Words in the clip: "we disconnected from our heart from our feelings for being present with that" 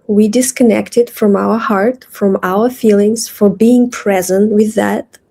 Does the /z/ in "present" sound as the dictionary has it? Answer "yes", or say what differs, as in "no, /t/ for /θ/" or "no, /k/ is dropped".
yes